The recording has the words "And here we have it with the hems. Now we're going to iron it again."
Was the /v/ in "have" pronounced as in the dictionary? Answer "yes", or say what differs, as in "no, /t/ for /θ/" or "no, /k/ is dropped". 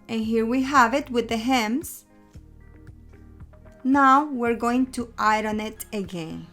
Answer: yes